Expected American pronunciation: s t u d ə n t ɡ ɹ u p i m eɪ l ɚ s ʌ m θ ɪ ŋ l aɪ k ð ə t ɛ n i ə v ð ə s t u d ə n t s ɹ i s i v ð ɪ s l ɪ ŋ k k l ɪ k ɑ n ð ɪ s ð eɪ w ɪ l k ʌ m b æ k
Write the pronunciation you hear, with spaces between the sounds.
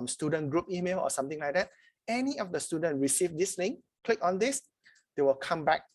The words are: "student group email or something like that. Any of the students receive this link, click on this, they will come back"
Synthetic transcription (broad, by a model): s t u d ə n ɡ ɹ u p i m eɪ l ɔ s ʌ m t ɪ ŋ l aɪ k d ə t ɛ n i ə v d ə s t u d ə n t ɹ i s i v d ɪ s n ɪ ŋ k k l ɪ k ɑ n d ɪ s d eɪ w ɪ l k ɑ m b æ k